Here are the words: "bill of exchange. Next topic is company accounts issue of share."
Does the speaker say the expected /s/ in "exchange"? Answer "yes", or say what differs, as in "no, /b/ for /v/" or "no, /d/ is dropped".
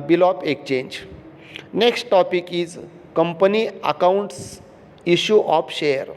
no, /s/ is dropped